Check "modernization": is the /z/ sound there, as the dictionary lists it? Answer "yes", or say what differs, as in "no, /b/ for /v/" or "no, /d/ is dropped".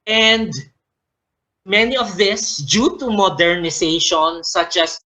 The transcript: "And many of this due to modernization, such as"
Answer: no, /s/ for /z/